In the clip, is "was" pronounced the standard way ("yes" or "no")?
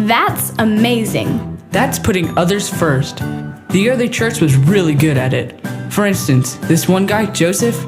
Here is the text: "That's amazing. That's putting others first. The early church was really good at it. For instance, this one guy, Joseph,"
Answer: yes